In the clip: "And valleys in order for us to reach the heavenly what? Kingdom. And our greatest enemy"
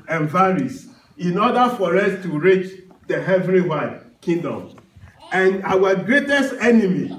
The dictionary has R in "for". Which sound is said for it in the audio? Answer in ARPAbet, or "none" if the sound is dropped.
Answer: R